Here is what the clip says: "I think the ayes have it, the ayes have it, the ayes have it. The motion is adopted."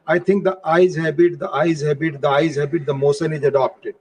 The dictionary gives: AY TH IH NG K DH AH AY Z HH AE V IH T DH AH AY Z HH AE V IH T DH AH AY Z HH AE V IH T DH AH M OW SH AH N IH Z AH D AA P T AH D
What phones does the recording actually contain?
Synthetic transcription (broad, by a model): AY T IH NG K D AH AY Z HH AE B IH T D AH AY Z HH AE B IH T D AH AY Z HH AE B IH T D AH M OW S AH N IH Z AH D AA P T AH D